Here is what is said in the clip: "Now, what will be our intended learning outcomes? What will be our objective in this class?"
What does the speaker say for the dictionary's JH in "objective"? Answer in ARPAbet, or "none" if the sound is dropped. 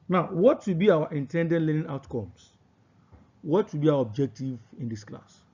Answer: JH